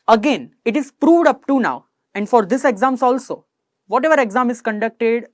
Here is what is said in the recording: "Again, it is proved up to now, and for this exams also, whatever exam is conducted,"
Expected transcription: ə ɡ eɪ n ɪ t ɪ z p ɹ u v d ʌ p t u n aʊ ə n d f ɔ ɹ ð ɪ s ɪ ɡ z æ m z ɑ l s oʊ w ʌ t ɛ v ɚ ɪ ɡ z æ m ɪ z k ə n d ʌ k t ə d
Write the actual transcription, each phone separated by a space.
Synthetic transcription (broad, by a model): ə ɡ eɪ n ɪ t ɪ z p ɹ u v d ʌ p t u n aʊ ə n d f ɔ ɹ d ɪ s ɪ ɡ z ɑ m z ɑ l s oʊ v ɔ t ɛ v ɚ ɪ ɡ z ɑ m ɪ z k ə n d ʌ k t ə d